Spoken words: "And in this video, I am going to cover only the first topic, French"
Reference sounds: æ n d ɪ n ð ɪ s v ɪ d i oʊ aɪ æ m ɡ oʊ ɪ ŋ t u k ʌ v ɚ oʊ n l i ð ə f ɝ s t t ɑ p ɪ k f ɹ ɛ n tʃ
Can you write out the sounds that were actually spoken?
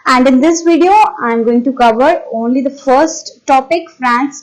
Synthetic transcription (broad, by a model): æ n d ɪ n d ɪ s v ɪ d i oʊ aɪ m ɡ oʊ ɪ ŋ t u k ʌ v ɚ oʊ n l i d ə f ɝ s t t ɑ p ɪ k f ɹ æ n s